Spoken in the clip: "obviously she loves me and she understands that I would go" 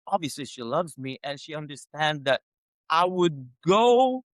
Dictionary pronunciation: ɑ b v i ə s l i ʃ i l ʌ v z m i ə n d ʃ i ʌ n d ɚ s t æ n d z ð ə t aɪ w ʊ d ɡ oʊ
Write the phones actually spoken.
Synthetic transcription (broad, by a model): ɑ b v i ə s l i ʃ i l ʌ v z m i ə n ʃ i ʌ n d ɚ s t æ n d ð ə t aɪ w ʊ d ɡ oʊ